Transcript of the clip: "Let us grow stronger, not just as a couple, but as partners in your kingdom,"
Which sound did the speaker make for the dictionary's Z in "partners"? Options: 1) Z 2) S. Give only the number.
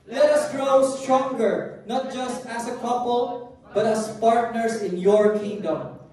2